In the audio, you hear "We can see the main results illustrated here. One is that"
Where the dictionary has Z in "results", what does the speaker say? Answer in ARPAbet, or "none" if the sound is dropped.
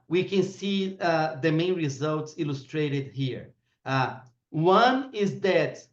Z